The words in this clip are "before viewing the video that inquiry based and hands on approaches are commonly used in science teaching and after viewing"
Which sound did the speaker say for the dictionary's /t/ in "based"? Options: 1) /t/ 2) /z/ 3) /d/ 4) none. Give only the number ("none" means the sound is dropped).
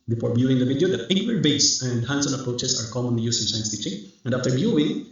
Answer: 4